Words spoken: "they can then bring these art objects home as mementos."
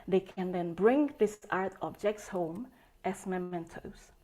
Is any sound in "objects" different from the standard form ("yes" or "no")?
no